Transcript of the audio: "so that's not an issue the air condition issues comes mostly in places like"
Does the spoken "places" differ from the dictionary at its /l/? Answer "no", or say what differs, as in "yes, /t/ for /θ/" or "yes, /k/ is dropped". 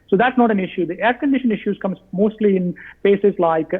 yes, /l/ is dropped